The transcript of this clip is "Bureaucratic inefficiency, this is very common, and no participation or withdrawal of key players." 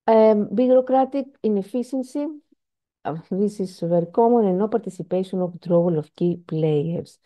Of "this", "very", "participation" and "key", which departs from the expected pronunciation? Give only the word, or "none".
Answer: participation